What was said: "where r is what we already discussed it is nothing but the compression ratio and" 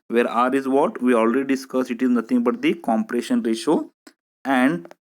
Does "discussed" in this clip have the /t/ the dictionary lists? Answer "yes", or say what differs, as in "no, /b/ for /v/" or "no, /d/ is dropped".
no, /t/ is dropped